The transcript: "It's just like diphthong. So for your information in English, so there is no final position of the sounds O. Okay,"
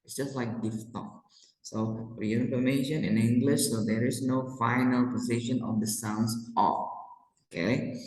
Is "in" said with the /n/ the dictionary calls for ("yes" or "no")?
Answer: yes